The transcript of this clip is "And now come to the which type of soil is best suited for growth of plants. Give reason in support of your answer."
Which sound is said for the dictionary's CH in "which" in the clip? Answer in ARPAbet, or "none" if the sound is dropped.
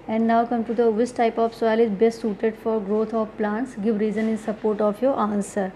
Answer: S